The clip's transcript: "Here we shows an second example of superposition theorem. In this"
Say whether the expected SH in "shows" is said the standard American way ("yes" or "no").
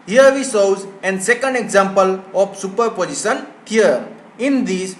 no